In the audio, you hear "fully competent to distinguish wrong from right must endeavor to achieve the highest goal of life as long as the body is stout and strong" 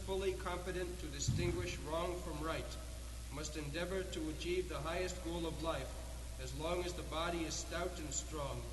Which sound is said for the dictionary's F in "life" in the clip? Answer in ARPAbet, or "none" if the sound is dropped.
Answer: F